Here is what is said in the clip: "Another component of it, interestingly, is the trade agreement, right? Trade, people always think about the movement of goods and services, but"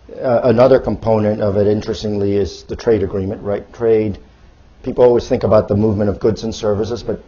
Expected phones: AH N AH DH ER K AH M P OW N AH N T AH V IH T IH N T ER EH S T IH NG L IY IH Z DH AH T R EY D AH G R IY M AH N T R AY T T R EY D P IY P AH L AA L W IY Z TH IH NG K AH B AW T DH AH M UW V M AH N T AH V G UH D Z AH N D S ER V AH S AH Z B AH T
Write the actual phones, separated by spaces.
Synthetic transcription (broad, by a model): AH N AH DH ER K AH M P OW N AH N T AH V IH T IH N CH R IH S T IH NG L IY IH Z DH AH T R EY D AH G R IY M AH N T R AY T T R EY D P IY P L AA L W IY Z TH IH NG K AH B AW T DH AH M UW V M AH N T AH V G UH D Z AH N S ER V AH S AH Z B AH T